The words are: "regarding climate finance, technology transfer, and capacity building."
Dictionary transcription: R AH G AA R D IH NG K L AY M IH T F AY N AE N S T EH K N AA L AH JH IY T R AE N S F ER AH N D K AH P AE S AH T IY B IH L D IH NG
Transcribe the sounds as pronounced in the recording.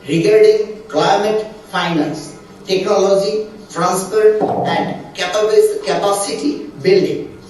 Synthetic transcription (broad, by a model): R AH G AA R D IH NG K L AY M IH T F AY N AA N S T EH K N AA L AH JH IY T R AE N S P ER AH N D K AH P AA S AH T IY B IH L D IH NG